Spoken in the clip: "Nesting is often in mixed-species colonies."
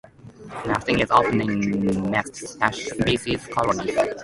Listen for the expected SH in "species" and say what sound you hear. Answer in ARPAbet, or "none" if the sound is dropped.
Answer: S